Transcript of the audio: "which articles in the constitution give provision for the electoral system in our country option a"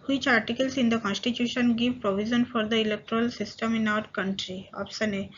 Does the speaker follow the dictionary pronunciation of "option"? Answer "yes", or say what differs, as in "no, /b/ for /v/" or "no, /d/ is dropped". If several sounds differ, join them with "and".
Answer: no, /s/ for /ʃ/